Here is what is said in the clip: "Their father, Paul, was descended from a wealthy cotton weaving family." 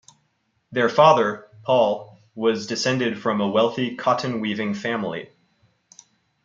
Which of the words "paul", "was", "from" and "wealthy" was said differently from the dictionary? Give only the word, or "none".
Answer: none